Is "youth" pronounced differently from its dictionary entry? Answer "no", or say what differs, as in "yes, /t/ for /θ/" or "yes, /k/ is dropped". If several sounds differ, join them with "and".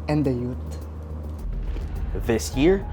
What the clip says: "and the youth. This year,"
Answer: yes, /t/ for /θ/